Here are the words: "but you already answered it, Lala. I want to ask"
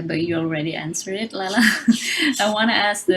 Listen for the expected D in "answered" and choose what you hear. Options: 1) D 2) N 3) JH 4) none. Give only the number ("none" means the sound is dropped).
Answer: 4